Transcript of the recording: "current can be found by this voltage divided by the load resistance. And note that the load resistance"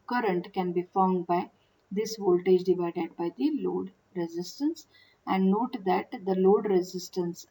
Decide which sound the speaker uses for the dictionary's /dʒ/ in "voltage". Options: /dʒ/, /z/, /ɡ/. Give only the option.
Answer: /dʒ/